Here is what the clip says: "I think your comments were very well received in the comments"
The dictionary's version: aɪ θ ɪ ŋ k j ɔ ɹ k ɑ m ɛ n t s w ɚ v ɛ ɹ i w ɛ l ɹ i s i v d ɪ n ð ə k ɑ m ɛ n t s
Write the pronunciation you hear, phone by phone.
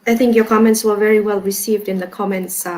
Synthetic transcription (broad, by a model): aɪ θ ɪ ŋ k j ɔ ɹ k ɑ m ɛ n t s w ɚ v ɛ ɹ i w ɛ l ɹ i s i v d ɪ n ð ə k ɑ m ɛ n t s